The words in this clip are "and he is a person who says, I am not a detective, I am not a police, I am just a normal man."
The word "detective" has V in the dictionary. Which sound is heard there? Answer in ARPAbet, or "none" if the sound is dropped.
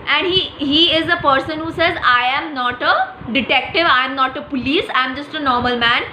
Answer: V